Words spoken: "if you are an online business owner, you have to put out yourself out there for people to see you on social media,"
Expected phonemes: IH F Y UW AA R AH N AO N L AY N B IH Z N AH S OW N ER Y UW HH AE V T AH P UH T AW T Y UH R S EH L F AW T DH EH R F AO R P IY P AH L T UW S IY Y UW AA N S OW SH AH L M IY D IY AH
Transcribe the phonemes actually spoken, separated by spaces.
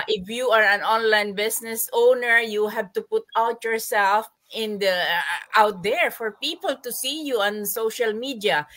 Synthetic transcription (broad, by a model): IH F Y UW AA R AH N AO N L AY N B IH S N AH S OW N ER Y UW HH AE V T AH P UH T AW T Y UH R S EH L F AW T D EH R F AO R P IY P AH L T UW S IY Y UW AA N S OW SH AH L M IY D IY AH